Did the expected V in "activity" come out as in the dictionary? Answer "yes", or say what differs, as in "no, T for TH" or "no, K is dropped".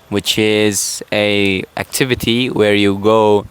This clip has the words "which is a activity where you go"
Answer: yes